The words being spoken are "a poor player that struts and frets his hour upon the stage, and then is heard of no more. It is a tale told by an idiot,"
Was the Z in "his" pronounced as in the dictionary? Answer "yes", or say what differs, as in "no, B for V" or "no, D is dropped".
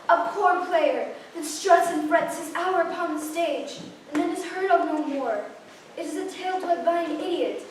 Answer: yes